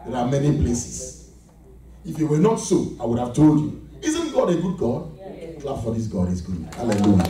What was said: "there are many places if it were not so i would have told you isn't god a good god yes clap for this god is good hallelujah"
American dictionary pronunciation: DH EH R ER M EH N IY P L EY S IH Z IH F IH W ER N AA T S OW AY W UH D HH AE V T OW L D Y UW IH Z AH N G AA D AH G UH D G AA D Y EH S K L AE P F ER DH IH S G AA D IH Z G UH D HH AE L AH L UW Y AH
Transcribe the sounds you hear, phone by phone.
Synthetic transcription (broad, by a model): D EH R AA M EH N IY P L EY S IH S IH F IH W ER N AA T S OW AY W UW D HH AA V T OW L D Y UW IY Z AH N G AA D AH G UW D G AA D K L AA F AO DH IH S G AA D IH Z G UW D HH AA L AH L UW Y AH